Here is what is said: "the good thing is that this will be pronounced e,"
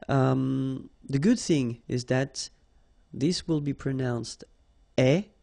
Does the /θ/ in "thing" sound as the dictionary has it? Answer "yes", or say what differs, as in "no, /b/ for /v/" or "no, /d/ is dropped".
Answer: yes